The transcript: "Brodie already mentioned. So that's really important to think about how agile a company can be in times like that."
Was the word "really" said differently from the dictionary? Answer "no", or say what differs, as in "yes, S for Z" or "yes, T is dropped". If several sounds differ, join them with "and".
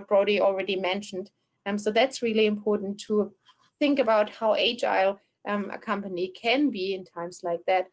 no